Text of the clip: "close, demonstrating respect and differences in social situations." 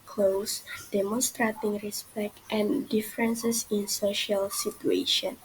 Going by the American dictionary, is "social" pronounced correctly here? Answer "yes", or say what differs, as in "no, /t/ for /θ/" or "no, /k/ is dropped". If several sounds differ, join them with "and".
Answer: yes